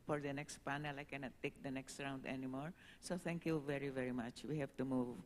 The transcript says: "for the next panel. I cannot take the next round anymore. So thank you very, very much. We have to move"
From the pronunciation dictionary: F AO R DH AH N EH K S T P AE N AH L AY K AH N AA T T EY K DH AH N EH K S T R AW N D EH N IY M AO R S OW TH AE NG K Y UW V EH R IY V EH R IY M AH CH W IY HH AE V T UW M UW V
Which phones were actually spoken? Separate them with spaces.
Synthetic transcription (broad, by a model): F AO R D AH N EH K S T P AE N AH L AY K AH N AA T T EY K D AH N EH K S T R AW N D EH N IY M AO R S OW T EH NG K Y UW V EH R IY V EH R IY M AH CH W IY HH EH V T UW M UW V